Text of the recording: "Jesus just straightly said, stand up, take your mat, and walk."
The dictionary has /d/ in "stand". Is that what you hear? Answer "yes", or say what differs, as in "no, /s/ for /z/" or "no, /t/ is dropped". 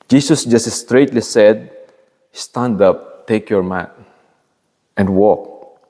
yes